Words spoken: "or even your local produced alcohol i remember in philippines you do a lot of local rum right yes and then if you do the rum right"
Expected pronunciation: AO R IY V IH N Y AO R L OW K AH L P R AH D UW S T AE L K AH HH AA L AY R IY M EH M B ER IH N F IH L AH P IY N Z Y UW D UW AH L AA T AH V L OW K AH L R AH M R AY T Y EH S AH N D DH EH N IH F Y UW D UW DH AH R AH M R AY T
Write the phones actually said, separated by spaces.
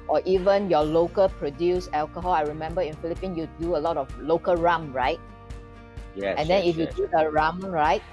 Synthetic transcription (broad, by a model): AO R IY V IH N Y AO L OW K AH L P R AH D UW S EH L K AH HH AA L AY R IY M EH M B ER IH N F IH L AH P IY N Y UW D UW AH L AA T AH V L OW K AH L R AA M R AY T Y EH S AH N D EH N IH F Y UW D UW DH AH R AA M R AY T